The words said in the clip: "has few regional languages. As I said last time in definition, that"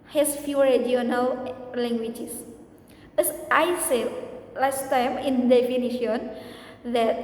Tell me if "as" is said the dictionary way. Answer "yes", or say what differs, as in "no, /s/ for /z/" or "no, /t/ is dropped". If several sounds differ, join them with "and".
no, /s/ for /z/